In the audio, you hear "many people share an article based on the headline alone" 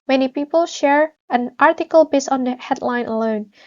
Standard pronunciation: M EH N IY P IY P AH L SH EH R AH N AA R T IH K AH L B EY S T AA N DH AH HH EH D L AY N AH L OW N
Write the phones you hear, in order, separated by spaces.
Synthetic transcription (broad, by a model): M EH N IY P IY P AH L SH EH R AH N AA R T IH K AH L B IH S AA N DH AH HH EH D L AY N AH L OW N